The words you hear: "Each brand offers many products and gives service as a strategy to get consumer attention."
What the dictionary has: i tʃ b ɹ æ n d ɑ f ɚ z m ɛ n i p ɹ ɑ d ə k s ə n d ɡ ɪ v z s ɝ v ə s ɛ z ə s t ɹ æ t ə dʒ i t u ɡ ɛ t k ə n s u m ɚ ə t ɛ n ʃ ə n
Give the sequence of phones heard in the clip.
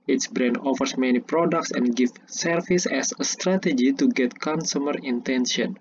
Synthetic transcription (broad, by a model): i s b ɹ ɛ n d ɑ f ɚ s m ɛ n i p ɹ ɑ d ə k s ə n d ɡ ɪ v s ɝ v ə s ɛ s ə s t ɹ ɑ t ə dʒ i t u ɡ ɛ t k ə n s u m ɚ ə t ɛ n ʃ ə n